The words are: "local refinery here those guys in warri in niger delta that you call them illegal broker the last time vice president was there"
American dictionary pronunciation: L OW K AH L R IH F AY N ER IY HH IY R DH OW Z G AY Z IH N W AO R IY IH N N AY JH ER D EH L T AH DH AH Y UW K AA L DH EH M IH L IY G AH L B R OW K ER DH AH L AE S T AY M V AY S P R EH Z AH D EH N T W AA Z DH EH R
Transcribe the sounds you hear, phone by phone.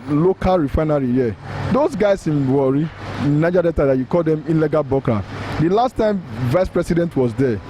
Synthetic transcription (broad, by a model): L OW K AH L R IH F AY N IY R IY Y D OW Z G AY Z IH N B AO R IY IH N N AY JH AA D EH T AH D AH Y UW K AA L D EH M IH L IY G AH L B OW K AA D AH L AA S T AY M V AY S P R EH S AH D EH N T W AA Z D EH